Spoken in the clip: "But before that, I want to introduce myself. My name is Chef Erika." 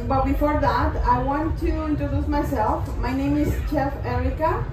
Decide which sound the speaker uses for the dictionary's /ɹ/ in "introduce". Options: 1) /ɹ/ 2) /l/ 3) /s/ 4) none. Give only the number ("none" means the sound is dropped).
1